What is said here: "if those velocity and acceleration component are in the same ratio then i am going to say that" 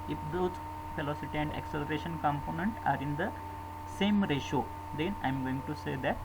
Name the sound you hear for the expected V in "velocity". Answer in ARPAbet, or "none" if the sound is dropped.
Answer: F